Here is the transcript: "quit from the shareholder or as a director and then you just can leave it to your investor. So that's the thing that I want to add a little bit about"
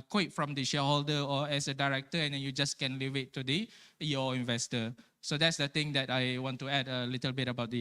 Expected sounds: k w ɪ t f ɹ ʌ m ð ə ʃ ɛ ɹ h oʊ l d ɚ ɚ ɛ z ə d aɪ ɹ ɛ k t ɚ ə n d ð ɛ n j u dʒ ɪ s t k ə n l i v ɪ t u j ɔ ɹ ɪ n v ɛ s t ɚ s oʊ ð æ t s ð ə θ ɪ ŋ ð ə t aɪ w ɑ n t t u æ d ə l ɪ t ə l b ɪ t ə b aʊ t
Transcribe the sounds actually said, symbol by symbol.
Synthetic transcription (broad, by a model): k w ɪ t f ɹ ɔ m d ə ʃ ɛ h oʊ l d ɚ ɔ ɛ s ə d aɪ ɹ ɛ k t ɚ ə n d ɛ n j u dʒ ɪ s k ə n l i v ɪ t u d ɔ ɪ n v ɛ s t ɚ s oʊ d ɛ t s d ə t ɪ ŋ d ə t aɪ w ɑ n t t u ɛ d ə l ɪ t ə l b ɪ t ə b aʊ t